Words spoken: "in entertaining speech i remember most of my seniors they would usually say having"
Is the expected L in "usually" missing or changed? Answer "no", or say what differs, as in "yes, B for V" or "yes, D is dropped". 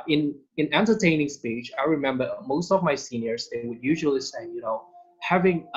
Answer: no